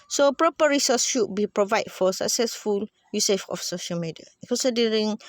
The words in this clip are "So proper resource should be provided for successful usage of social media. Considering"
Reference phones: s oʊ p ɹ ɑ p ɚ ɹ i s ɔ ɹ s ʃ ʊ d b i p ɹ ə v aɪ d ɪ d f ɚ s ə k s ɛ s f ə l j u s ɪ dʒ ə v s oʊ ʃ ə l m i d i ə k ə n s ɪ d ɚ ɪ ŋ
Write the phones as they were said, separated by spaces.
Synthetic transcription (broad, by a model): s oʊ p ɹ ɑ p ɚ ɹ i s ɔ s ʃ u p b i p ɹ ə v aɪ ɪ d f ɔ s ə k s ɛ s f ə l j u s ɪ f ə f s oʊ ʃ ə l m i d i ə k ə n s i d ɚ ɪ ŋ